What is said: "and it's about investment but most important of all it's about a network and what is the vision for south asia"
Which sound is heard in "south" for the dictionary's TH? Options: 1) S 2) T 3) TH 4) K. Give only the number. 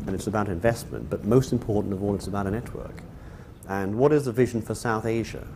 3